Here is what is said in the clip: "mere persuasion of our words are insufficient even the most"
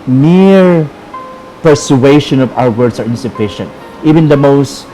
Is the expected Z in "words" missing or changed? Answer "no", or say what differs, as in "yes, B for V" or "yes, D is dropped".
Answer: yes, S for Z